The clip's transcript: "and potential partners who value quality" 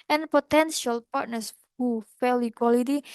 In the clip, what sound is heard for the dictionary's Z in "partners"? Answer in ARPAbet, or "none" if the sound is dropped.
S